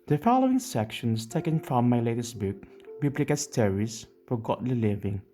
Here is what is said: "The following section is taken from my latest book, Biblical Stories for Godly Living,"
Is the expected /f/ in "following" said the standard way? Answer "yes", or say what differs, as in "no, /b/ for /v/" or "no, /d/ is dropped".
yes